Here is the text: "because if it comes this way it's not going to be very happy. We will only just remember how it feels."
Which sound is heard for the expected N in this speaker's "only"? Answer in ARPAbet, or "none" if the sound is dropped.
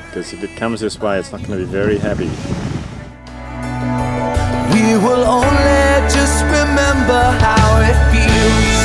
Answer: N